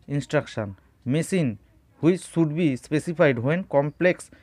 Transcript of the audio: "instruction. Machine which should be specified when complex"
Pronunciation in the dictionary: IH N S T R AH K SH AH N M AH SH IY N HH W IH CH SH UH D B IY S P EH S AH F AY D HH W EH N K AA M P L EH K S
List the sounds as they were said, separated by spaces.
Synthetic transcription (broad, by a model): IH N S T R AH K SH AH N M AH S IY N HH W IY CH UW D B IY S P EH S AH P AY D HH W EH N K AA M P L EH K S